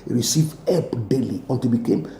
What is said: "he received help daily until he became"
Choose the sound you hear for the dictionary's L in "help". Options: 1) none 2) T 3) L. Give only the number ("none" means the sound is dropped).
1